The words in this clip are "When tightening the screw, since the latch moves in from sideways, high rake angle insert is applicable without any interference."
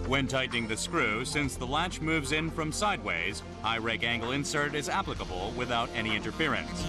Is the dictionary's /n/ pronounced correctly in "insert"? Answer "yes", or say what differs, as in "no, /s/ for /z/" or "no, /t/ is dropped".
yes